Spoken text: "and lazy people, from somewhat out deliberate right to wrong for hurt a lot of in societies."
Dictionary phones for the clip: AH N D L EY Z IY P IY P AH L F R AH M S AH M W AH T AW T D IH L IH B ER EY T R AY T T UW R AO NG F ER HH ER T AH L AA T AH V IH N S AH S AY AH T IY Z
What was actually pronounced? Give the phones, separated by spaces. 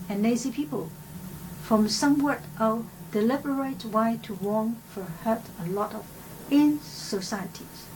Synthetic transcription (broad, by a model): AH N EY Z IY P IY P AH L F R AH M S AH M W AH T T D IH L IH B ER EY T W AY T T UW W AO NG F ER HH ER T AH L AA T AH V IH N S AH S AY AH T IY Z